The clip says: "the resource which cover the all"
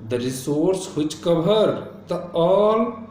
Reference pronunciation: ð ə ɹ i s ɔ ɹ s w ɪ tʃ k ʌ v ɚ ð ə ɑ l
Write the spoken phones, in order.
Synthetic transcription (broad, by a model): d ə ɹ i s ɔ ɹ s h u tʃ k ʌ b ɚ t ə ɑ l